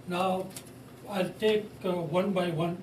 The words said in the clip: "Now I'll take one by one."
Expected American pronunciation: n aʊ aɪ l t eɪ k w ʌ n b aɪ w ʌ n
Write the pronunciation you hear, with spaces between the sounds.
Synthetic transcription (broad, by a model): n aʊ aɪ l t eɪ k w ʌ n b aɪ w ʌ n